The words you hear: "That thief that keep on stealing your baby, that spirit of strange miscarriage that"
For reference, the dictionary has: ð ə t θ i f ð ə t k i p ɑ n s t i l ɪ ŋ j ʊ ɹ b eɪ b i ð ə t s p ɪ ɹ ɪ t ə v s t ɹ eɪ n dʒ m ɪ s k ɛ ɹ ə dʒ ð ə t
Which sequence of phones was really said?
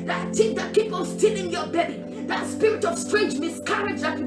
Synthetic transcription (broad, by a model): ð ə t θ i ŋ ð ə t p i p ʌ l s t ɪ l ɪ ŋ j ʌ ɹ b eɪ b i ð ə t s p ɪ ɹ ɪ t ə v s t ɹ eɪ n dʒ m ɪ s k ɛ ɹ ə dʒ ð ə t